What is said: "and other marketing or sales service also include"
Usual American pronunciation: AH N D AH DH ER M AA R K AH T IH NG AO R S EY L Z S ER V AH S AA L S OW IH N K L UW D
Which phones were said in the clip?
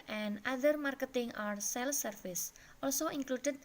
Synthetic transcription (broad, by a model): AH N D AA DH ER M AA R K AH T IH NG AO R S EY L S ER F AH S AA L S OW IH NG K L UW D